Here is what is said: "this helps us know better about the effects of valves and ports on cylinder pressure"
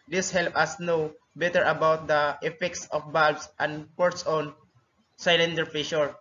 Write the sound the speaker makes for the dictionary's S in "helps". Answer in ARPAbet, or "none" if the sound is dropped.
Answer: none